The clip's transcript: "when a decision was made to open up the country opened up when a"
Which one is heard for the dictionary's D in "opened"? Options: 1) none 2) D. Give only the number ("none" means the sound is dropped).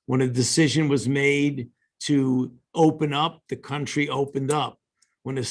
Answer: 2